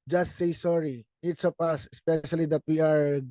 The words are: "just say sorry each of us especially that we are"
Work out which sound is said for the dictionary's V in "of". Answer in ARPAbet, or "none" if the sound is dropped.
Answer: P